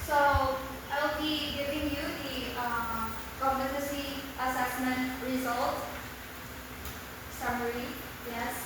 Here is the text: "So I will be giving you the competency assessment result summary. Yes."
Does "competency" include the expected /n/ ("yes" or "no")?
no